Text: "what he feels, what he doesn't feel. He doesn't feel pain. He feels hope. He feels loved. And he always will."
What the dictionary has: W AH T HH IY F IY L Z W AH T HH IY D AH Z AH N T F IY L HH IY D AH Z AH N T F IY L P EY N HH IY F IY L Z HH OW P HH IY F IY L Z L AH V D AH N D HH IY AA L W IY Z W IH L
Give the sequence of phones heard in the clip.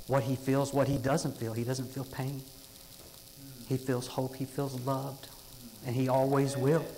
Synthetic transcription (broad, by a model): W AH T HH IY F IY L Z W AH T HH IY D AH Z AH N T F IY L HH IY D AH Z AH N T F IY L P EY N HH IY F IY L Z HH OW P HH IY F IY L Z L AH V D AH N IY AA L W IY Z W IH L